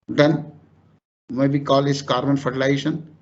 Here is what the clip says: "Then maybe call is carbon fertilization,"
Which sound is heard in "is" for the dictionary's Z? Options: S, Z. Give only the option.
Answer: S